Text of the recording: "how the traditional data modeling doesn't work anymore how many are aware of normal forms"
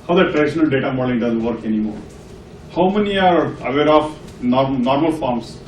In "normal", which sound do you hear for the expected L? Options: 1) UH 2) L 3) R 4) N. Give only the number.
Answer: 2